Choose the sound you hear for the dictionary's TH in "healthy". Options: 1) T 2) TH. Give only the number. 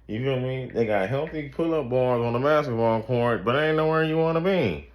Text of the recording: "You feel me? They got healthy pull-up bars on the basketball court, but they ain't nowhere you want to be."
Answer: 2